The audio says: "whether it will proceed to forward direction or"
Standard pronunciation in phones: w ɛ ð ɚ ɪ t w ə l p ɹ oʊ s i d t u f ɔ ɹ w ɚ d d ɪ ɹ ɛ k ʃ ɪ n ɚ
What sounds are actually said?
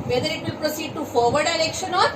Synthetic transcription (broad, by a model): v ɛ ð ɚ ɪ t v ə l p ɹ oʊ s i d t u f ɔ ɹ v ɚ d d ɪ l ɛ k ʃ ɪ n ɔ